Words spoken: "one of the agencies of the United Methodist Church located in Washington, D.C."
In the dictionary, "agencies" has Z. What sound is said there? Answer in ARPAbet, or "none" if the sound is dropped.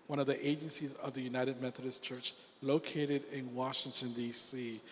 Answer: Z